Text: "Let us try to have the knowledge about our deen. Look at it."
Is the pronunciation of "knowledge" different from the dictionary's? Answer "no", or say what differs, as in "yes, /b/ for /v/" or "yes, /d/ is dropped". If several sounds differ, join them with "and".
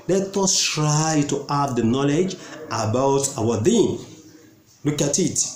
no